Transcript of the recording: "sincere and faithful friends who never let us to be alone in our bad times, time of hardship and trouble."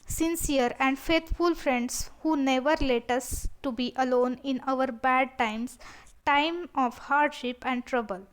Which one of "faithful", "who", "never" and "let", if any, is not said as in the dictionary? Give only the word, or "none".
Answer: faithful